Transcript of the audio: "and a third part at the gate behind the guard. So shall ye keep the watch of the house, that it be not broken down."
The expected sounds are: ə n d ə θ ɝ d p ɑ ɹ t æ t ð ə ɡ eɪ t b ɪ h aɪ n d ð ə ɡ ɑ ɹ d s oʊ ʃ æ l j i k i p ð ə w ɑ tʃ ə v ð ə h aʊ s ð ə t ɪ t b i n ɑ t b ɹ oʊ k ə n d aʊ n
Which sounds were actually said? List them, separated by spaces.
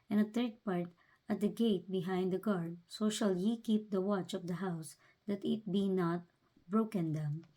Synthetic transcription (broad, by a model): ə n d ə t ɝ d p ɑ ɹ t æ t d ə ɡ eɪ t b ɪ h aɪ n d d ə ɡ ɑ ɹ d s oʊ ʃ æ l j i k i p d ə w ɑ tʃ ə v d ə h aʊ s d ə t ɪ t b i n ɑ t b ɹ oʊ k ə n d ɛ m